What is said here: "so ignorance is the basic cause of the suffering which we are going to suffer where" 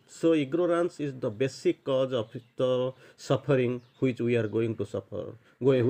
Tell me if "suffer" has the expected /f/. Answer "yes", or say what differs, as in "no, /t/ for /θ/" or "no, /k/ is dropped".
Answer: no, /p/ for /f/